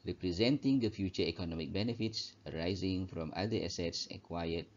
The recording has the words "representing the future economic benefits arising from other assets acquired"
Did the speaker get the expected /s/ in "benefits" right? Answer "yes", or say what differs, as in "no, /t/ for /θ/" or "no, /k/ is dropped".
yes